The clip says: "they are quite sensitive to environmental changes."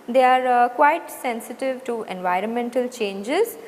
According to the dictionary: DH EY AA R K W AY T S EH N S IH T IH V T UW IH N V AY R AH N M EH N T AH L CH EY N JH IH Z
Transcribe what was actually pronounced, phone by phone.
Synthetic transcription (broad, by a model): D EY AA R K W AY T S EH N S IH T IH V T UW IH N V AY R AH N M EH N T AH L CH EY N JH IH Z